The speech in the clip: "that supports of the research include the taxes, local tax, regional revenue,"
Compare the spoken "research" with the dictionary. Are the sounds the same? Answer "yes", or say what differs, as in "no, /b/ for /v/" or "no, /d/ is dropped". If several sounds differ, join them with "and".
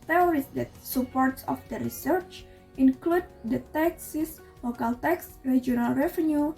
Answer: yes